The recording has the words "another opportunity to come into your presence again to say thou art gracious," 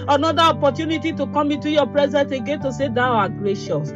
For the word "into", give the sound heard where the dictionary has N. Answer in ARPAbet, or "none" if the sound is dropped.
none